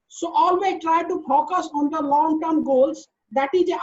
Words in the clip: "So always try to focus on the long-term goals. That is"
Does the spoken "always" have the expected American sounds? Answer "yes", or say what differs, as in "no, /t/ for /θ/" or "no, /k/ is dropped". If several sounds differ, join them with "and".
no, /z/ is dropped